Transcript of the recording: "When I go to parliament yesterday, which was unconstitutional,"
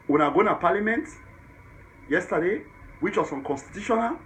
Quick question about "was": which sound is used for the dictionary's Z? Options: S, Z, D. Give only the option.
S